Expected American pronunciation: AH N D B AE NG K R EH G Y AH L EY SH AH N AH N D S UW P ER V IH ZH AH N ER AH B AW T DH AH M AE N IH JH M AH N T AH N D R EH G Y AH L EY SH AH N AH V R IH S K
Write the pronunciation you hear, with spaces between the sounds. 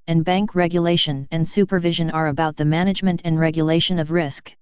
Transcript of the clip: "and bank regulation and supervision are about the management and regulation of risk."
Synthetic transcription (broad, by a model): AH N B AE NG K R EH G Y AH L EY SH AH N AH N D S UW P ER V IH ZH AH N ER AH B AW T DH AH M AE N IH JH M AH N T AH N R EH G Y AH L EY SH AH N AH V R IH S K